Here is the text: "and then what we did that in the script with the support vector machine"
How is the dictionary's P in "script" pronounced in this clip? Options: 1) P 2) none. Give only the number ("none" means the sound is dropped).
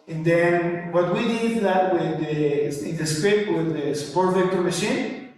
2